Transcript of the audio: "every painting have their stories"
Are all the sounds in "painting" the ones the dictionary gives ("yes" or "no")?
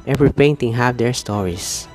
yes